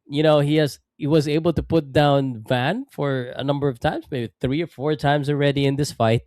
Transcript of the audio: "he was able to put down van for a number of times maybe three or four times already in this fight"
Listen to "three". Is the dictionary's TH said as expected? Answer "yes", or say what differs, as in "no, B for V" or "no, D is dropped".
yes